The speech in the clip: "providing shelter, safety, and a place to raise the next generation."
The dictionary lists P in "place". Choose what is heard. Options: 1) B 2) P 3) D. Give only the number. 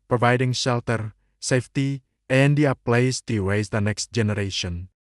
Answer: 2